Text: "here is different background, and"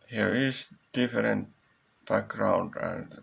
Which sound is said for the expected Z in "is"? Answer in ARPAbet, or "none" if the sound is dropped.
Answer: S